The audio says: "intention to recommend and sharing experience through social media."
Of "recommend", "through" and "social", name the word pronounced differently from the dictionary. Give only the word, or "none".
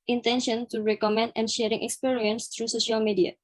through